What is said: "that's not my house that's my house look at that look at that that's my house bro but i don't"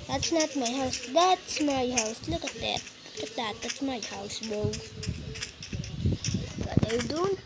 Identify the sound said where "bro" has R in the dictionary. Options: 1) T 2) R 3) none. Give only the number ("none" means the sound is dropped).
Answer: 3